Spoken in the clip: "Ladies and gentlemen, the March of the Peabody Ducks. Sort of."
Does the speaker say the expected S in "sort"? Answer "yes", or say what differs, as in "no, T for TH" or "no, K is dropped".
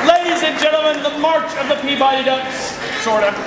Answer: no, SH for S